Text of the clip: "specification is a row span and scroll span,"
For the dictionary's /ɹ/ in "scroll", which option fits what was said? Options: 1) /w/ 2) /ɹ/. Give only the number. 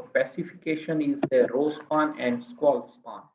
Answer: 1